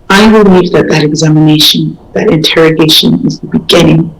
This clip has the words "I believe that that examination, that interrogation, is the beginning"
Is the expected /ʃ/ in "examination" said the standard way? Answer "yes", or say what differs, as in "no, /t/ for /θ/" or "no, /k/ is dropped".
yes